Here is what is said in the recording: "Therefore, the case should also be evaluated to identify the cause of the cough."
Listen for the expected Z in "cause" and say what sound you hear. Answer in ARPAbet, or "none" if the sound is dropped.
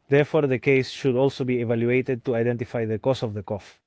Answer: S